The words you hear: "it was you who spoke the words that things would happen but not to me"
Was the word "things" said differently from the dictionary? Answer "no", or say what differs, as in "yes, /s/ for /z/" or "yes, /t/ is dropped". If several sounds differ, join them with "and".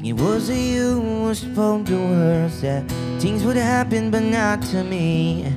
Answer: no